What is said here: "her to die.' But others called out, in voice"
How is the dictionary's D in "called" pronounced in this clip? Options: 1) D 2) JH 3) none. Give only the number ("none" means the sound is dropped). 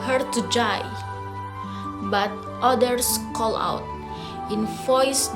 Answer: 3